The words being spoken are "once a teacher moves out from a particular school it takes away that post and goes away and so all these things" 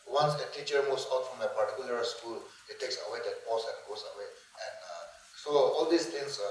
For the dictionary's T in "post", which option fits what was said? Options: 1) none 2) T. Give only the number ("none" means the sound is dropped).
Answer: 1